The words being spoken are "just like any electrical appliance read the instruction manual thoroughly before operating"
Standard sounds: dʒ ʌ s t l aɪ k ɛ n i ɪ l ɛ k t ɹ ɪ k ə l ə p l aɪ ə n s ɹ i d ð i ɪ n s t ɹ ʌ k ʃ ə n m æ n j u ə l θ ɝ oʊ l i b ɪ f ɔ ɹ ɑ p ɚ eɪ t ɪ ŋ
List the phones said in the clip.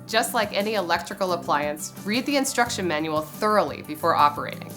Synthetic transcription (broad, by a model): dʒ ʌ s t l aɪ k ɛ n i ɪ l ɛ k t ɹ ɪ k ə l ə p l aɪ ə n s ɹ i d ð i ɪ n s t ɹ ʌ k ʃ ə n m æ n j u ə l θ ɝ oʊ l i b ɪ f ɔ ɹ ɑ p ɚ eɪ t ɪ ŋ